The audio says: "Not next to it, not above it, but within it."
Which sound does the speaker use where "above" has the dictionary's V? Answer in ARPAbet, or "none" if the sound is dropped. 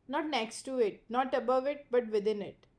V